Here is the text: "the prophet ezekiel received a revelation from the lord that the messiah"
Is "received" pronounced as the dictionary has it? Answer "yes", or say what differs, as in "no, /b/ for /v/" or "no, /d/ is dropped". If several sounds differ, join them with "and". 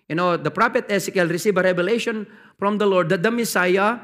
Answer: no, /d/ is dropped